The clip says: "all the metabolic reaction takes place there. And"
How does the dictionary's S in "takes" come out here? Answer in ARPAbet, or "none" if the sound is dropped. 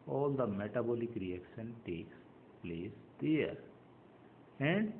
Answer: S